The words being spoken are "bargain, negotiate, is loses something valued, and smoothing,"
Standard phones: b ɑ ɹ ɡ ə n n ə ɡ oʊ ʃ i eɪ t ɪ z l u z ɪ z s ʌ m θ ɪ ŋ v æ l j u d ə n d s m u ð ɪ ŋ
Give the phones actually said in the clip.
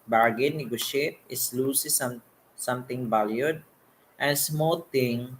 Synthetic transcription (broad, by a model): b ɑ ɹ ɡ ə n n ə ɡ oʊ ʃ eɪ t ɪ s l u s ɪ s s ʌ m t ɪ ŋ b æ l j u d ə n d s m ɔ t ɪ ŋ